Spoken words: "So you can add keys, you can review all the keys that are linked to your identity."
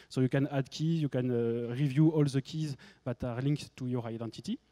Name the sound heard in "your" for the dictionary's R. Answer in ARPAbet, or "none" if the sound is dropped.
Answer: R